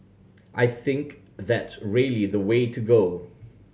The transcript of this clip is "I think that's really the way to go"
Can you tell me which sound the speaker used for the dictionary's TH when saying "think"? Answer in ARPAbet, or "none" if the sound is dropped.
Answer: TH